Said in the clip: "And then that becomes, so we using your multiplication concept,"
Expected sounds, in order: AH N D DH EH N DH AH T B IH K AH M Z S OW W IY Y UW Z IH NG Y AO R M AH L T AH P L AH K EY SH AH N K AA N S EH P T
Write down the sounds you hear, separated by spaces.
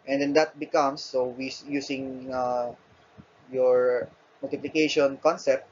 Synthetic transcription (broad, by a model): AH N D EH N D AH T B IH K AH M S OW W IY Y UW S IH NG Y AO R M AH L T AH P L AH K EY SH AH N K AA N S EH P T